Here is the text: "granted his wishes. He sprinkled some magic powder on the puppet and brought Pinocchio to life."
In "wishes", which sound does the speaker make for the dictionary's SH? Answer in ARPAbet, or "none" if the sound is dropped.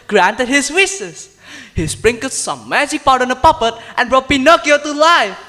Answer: S